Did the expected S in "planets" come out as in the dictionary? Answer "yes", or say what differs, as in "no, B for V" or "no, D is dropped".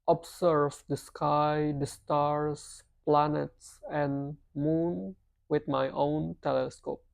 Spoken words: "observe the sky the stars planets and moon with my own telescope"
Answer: yes